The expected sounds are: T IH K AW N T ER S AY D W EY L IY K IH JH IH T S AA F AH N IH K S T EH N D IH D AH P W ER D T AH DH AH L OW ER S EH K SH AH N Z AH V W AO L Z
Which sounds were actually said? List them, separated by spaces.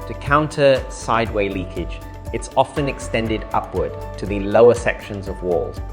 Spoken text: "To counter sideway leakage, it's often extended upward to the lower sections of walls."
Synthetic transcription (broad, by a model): T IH K AW N T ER S AY D W EY L IY K IH JH IH T S AA F AH N IH K S T EH N D IH D AH P W ER D T AH DH AH L OW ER S EH K SH AH N Z AH V W AO L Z